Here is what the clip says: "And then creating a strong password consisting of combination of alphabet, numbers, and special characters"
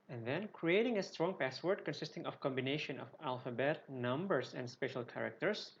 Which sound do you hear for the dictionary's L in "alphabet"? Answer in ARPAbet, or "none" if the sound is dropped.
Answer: L